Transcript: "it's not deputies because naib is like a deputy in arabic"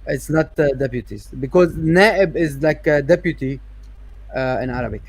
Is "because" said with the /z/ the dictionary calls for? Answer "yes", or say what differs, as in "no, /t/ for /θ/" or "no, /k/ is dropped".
yes